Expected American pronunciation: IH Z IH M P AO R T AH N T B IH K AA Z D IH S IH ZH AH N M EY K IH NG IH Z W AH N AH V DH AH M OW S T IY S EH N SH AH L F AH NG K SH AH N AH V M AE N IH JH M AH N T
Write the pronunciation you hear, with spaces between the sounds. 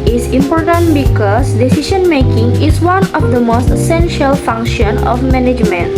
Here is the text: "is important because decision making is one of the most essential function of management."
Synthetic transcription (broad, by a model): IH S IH M P AO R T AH N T B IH K AA S D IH S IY SH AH N M EY K IH NG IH S W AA N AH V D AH M OW S T IY S EH N SH AH L F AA NG K SH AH N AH F M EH N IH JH M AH N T